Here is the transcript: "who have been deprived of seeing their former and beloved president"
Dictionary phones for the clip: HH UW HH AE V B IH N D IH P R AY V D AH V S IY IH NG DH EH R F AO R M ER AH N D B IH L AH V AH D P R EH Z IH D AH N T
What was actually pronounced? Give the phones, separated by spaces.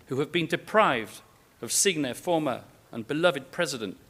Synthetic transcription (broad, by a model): HH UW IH V B IH N D IH P R AY V D AH V S IY IH NG DH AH R F AO R M ER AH N B IH L AH V AH D P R EH Z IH D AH N T